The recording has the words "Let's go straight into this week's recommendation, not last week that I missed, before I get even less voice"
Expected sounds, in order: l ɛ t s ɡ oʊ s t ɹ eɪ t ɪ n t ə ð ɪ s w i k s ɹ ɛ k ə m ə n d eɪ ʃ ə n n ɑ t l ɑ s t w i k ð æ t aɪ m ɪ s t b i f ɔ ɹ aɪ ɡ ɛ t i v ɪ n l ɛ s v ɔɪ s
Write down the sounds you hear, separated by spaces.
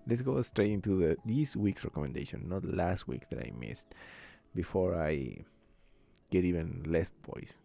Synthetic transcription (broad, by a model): l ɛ t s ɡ oʊ s t ɹ eɪ t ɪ n t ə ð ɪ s w i k s ɹ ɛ k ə m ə n d eɪ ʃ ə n n ɑ t l ɑ s t w i k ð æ t aɪ m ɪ s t b i f ɔ ɹ aɪ ɡ ɛ t i v ɪ n l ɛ s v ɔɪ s